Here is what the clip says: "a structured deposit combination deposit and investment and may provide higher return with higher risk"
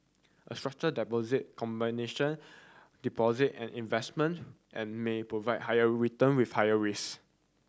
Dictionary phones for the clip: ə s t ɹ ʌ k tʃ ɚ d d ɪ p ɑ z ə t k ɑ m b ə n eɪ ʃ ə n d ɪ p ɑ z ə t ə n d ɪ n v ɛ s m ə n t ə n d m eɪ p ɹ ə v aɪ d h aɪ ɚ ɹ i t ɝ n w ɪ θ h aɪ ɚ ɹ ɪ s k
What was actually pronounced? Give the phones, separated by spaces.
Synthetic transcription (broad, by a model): ə s t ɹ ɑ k tʃ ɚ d d ɪ p ɑ z ə t k ɑ m b ə n eɪ ʃ ə n d ɪ p ɑ z ə t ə n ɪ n v ɛ s m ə n t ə n m eɪ p ɹ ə v aɪ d h aɪ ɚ ɹ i t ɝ n w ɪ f h aɪ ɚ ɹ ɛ s